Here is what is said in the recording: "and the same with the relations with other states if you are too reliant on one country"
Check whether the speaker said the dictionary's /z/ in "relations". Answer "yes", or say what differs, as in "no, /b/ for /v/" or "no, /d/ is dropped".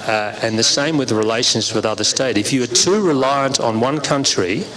yes